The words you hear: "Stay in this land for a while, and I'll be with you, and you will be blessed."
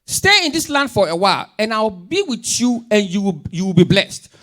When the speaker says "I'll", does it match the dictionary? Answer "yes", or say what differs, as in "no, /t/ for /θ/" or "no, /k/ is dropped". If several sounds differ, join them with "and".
no, /w/ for /l/